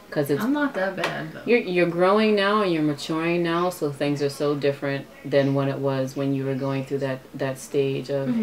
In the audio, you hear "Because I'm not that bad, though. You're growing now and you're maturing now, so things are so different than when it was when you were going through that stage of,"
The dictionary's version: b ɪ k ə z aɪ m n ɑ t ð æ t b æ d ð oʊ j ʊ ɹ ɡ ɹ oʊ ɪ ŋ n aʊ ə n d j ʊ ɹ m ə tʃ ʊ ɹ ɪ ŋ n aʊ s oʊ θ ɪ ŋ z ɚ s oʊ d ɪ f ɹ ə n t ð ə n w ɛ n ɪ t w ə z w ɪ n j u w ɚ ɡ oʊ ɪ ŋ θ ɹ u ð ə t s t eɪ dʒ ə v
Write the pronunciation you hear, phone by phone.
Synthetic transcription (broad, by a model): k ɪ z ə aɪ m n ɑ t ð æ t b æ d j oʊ j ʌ ɹ ɡ ɹ oʊ ɪ ŋ n aʊ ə n j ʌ ɹ m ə tʃ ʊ ɹ ɪ ŋ n aʊ s oʊ θ ɪ ŋ z ɚ s oʊ d ɪ f ɹ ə n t ð ə n w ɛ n ɪ t w ə z w ɪ n j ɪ w ɚ ɡ oʊ ɪ ŋ θ ɹ u ð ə t s t eɪ dʒ ə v